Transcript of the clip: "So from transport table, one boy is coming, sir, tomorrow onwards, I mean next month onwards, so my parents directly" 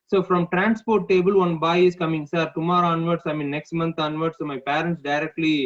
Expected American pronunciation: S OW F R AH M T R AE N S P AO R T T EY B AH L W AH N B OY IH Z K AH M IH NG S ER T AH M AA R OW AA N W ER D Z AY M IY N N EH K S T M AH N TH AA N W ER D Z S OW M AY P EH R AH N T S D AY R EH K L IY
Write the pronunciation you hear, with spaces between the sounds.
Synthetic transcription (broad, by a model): S OW F R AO M T R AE N S P AO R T T EY B AH L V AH N B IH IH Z K AH M IH NG S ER T AH M AA R OW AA N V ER D S AY M IY N N EH K S T M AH N T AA N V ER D S OW M AY P EH R AH N T S D AY R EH K L IY